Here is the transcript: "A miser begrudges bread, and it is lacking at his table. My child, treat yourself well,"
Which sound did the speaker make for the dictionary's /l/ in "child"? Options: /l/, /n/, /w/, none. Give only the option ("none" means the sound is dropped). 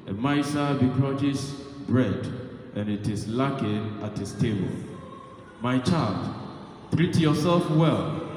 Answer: /l/